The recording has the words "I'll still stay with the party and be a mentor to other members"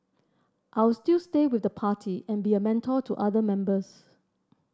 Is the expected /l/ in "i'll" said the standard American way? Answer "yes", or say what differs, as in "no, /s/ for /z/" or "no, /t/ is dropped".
no, /w/ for /l/